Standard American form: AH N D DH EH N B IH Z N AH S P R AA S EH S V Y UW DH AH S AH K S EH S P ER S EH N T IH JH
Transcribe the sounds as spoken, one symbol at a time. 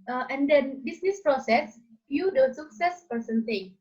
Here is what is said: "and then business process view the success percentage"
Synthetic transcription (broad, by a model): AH N D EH N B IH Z N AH S P R AA S EH S F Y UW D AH S AH K S EH S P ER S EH N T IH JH